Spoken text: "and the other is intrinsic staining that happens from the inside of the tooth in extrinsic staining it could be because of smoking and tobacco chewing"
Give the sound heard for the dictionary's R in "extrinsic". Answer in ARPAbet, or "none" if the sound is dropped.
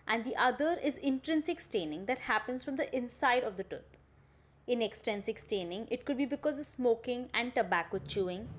none